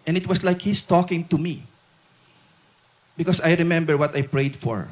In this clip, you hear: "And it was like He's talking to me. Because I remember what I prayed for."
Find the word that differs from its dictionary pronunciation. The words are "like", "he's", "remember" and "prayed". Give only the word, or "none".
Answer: he's